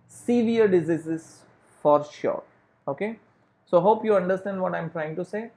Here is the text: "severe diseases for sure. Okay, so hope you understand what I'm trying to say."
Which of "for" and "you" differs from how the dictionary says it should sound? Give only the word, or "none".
none